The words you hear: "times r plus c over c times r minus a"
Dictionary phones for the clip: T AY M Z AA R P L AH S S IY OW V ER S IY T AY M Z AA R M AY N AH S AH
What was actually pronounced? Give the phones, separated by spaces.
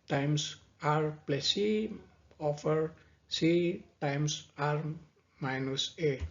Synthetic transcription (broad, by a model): T AY M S AA R P L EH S S IY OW F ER S IY T AY M S AA R M AY N AH S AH